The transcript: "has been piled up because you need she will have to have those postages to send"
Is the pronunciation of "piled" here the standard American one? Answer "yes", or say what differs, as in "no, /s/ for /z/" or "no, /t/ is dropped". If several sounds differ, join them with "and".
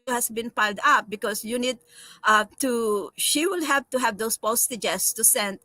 yes